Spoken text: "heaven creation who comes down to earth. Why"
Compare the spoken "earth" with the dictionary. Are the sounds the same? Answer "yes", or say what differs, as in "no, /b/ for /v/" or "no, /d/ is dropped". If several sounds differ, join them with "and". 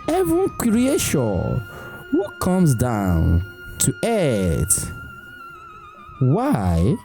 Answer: no, /t/ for /θ/